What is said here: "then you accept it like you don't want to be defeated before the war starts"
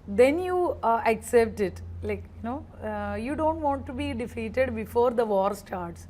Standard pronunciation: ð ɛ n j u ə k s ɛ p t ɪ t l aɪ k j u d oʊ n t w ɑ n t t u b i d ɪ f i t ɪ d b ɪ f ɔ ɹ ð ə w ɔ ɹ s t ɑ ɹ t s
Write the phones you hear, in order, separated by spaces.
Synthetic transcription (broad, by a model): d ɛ n j u ə k s ɛ p t ɪ t l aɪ k j u d oʊ n t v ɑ n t t u b i d ɪ f i t ɪ d b ɪ f ɔ ɹ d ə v ɔ ɹ s t ɑ ɹ t s